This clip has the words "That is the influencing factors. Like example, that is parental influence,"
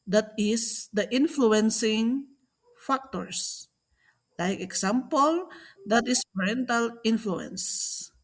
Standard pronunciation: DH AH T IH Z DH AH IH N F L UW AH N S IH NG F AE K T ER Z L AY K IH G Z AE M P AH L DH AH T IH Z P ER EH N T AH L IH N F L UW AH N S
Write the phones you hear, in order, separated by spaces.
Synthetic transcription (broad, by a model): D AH T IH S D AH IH N F L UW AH N S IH NG F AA K T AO S L AY K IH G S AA M P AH L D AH T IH S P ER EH N T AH L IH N F L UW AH N S